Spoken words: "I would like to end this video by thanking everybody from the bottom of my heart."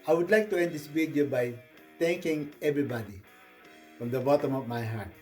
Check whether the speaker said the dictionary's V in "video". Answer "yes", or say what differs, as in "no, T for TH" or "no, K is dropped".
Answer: no, B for V